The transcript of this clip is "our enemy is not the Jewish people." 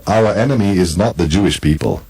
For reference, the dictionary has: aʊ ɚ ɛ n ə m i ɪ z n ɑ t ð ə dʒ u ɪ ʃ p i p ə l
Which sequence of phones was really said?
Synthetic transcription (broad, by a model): aʊ ɚ ɛ n ə m i ɪ z n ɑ t ð ə dʒ u ɪ ʃ p i p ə l